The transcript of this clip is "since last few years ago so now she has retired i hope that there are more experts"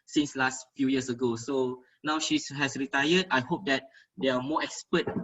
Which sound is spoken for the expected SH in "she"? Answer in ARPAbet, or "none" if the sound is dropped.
SH